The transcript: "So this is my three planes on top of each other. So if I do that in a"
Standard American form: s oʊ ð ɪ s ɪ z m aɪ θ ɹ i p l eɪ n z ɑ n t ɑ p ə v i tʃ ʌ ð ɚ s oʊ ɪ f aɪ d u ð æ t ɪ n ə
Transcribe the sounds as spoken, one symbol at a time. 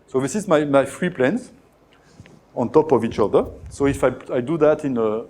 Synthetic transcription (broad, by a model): s oʊ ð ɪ s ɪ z m aɪ f ɹ i p l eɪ n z ɑ n t ɑ p ə v i tʃ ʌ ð ɚ s oʊ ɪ f aɪ d u ð æ t ɪ n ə